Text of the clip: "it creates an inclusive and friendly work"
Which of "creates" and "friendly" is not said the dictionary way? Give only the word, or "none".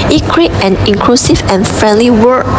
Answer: creates